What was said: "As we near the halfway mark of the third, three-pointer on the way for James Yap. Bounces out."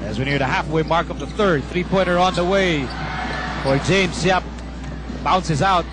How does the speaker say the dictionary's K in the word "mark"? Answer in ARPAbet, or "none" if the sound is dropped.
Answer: K